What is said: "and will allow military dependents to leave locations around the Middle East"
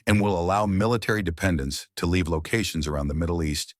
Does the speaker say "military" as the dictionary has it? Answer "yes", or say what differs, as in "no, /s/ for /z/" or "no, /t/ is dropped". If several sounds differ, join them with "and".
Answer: yes